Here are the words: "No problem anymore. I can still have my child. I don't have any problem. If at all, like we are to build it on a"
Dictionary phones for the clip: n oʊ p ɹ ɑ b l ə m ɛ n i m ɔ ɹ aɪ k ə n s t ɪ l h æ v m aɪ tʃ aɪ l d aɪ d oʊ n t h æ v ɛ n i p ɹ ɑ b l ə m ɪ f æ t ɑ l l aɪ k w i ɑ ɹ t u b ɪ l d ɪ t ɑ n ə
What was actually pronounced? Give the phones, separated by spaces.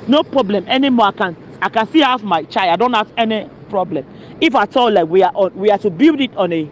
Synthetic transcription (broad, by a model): n oʊ p ɹ ɑ b l ə m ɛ n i m ɔ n aɪ k ə n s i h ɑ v m aɪ tʃ aɪ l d aɪ d oʊ n t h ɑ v ɛ n i p ɹ ɑ b l ə m ɪ f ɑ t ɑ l l aɪ k w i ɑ w t u b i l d ɪ t ɑ n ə